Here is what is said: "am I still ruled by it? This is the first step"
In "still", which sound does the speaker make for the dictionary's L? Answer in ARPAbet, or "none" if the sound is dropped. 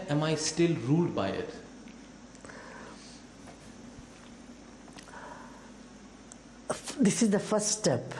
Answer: L